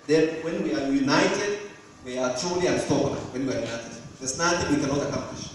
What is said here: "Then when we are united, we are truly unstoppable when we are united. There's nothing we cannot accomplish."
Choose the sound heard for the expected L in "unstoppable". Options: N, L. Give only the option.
N